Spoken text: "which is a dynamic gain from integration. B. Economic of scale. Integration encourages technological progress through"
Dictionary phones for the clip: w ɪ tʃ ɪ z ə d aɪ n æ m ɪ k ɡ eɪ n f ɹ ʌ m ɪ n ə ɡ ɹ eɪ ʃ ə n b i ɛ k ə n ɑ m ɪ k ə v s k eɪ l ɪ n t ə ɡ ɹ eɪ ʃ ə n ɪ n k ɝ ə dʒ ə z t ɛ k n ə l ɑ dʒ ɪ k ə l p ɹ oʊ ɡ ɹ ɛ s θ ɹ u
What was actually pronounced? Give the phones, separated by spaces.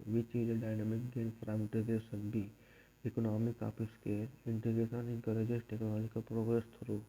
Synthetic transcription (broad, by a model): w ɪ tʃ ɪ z ə d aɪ n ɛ m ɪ k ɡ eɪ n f ɹ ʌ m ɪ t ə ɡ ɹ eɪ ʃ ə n b i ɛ k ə n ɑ m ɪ k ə p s k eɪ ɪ n t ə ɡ ɹ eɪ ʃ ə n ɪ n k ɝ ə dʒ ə s t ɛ k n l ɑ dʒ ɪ k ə p ɹ oʊ ɡ ɹ ɛ s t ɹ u